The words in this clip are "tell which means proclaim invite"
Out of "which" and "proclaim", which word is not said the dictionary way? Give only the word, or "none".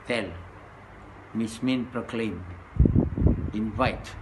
which